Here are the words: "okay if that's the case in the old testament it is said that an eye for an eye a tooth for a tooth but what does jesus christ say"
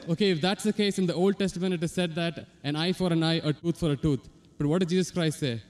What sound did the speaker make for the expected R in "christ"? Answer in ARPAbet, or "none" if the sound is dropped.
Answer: R